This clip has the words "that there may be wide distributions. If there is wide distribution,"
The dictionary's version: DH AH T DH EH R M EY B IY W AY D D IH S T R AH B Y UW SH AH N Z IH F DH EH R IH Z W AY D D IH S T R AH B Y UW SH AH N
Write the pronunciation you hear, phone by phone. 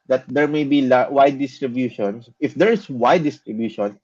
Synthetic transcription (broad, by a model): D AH T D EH R M EY B IY W AY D D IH S T R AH B Y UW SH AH N S IH F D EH R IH S W AY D D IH S T R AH B Y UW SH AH N